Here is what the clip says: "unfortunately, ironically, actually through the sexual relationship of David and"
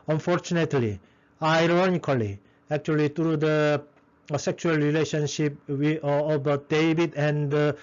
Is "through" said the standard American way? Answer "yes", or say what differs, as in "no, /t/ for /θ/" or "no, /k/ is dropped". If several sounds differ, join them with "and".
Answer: no, /t/ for /θ/